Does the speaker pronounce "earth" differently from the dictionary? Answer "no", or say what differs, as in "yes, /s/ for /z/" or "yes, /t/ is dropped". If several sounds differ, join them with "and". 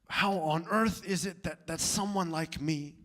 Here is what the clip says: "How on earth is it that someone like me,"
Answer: no